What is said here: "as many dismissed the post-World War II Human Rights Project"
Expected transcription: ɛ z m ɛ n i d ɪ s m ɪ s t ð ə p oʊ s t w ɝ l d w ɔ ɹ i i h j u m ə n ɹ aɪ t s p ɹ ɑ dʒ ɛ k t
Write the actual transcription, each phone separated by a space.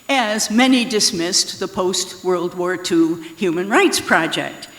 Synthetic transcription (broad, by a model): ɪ z m ɛ n i d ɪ s m ɪ s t ð ə p oʊ s t w ɝ l d w ɔ ɹ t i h j u m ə n ɹ aɪ t s p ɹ ɑ dʒ ɛ k t